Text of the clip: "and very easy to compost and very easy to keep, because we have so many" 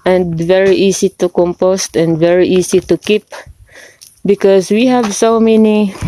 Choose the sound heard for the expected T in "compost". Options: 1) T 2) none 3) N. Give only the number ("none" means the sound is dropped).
1